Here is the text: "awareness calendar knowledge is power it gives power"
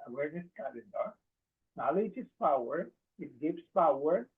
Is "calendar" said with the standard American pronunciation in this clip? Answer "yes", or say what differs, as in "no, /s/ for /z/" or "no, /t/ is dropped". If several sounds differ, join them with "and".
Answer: no, /n/ is dropped